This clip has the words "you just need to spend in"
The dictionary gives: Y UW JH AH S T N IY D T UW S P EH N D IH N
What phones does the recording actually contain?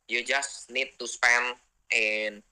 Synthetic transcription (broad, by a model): Y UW JH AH S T N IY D T UW S P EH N IH N